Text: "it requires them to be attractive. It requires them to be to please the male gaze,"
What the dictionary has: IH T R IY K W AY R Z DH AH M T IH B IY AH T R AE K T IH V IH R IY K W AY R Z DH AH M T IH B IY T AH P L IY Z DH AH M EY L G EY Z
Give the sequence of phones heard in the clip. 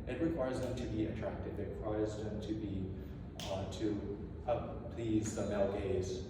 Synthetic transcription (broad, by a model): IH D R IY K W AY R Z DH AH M T IH B IY AH T R AE K T IH V IH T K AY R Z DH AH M T IH B IY T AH P L IY Z DH AH M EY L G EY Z